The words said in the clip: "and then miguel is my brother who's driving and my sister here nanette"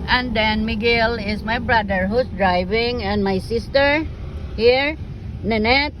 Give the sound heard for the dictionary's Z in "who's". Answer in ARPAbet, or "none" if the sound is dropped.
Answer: S